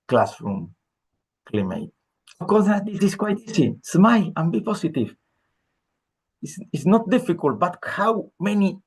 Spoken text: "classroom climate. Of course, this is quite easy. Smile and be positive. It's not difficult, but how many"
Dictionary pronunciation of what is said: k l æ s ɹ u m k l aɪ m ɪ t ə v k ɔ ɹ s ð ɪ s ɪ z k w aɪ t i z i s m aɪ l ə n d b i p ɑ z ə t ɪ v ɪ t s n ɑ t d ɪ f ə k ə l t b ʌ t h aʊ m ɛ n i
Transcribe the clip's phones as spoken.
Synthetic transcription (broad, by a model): k l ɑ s ɹ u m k l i m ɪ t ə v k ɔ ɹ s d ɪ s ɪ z k w aɪ t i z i s m aɪ l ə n b i p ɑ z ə t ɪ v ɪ s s n ɑ t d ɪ f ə k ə l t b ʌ t h aʊ m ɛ n i